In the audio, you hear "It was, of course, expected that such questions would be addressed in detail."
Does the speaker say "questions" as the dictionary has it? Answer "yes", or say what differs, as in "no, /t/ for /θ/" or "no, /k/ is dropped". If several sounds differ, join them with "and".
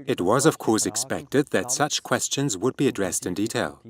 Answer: yes